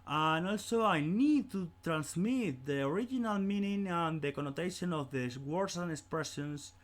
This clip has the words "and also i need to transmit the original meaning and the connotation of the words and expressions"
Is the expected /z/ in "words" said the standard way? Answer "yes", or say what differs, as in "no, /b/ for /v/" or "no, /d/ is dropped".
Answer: no, /s/ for /z/